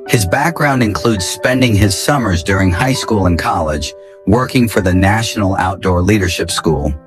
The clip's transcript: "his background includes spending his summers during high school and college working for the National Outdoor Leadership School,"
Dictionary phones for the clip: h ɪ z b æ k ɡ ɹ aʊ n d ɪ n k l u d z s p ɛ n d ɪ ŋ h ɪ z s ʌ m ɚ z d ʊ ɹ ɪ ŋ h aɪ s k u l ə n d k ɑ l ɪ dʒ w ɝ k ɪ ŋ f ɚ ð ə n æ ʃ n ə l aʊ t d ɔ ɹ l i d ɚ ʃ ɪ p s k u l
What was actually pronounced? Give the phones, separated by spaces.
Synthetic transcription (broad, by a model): h ɪ z b æ k ɡ ɹ aʊ n d ɪ n k l u d z s p ɛ n d ɪ ŋ ɪ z s ʌ m ɚ z d ʊ ɹ ɪ ŋ h aɪ s k u l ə n k ɑ l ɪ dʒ w ɝ k ɪ ŋ f ɚ ð ə n æ ʃ n l aʊ t d ɔ ɹ l i d ɚ ʃ ɪ p s k u l